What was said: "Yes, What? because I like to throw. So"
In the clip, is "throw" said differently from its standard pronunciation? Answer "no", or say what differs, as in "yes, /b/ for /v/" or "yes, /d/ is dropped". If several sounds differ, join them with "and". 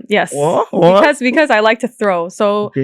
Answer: no